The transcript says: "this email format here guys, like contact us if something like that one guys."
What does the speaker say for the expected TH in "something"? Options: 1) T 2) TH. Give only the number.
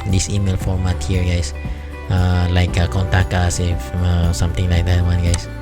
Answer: 1